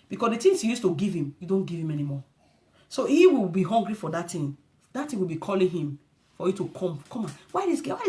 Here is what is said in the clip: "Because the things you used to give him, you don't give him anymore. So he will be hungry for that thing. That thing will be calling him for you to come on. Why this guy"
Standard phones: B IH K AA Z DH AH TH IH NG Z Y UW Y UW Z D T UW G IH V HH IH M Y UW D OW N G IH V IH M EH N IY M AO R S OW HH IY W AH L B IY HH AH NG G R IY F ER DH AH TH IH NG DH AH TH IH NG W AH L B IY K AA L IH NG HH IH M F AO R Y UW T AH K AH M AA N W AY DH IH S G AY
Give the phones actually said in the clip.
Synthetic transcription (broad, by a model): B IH K AA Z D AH T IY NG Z Y UW Y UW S T UW G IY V HH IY M Y UW D OW N G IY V IH M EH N IY M AO S OW HH IY W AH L B IY HH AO NG G R IY F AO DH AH T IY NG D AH T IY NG W AH L B IY K AA L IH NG HH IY M F AO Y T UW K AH K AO M AA N W AY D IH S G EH